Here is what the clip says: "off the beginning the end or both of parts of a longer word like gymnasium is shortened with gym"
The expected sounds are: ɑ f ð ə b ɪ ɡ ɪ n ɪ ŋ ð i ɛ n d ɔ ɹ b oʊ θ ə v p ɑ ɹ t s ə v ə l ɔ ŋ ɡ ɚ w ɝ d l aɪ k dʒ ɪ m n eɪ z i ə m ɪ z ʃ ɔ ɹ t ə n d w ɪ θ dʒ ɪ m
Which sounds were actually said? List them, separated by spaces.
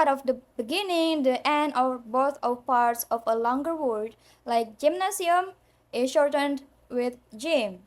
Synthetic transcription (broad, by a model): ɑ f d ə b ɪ ɡ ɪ n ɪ ŋ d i ɛ n d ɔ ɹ b oʊ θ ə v p ɑ ɹ t s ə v ə l ɔ ŋ ɡ ɚ w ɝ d l aɪ k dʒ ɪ m n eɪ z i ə m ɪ ʃ ɔ ɹ t ə n d w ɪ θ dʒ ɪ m